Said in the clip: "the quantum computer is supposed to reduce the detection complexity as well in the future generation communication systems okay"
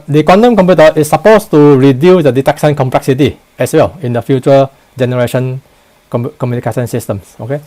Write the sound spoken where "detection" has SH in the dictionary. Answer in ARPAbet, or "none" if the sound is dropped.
S